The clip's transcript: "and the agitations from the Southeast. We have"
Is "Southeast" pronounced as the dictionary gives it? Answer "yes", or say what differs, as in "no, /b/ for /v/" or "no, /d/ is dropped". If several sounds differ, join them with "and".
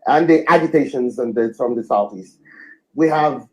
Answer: yes